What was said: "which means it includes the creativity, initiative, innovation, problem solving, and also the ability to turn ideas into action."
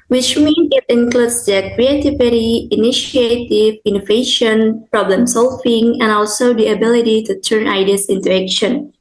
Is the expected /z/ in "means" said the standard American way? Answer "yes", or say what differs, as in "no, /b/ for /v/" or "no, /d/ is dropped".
no, /z/ is dropped